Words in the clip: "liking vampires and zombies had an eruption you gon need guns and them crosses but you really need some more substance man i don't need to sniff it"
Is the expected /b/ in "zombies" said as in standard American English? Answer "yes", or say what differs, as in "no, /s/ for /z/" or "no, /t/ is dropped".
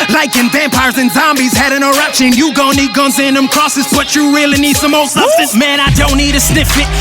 yes